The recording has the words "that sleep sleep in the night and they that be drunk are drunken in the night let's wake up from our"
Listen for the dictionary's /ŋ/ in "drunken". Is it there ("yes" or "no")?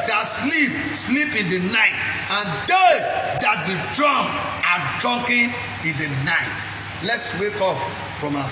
no